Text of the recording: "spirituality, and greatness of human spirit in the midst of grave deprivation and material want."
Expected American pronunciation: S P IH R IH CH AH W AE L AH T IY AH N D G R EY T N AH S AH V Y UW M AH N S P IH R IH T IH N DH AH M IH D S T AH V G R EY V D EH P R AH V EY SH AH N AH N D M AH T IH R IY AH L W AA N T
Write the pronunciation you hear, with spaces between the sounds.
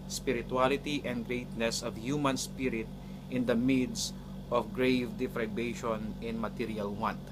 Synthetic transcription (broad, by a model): S P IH R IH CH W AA L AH T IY AH N D G R EY T N AH S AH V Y UW M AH N S P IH R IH T IH N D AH M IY D S T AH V G R EY V D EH F R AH B EY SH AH N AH N M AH T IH R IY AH L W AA N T